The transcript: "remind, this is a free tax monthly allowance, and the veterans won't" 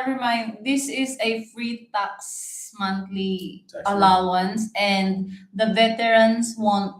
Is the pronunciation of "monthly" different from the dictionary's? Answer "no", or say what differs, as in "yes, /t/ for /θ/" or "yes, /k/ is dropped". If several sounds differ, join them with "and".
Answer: yes, /t/ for /θ/